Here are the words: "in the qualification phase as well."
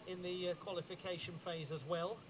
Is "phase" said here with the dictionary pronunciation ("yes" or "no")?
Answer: yes